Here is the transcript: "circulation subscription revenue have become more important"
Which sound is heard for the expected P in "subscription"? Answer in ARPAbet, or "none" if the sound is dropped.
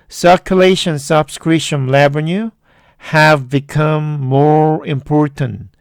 none